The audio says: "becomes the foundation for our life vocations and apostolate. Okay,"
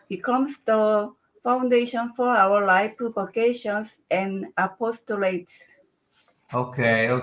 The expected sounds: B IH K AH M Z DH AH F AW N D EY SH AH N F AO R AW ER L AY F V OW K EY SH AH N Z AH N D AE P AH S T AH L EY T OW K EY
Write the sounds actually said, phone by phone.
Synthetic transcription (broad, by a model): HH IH K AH M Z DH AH F AW N D EY SH AH N F AO R AW ER L AY P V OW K EY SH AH N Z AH N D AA P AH S T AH L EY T OW K EY